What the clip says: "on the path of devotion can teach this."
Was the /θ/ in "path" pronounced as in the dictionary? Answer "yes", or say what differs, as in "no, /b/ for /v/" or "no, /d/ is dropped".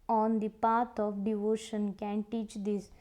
no, /t/ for /θ/